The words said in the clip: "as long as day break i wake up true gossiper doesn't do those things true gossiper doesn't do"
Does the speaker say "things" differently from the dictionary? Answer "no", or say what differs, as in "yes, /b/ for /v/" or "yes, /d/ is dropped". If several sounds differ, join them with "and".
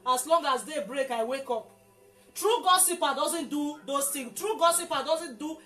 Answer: yes, /z/ is dropped